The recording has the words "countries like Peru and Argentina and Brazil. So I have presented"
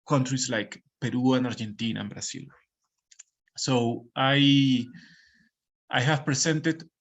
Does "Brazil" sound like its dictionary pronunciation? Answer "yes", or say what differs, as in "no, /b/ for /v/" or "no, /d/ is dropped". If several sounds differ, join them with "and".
no, /s/ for /z/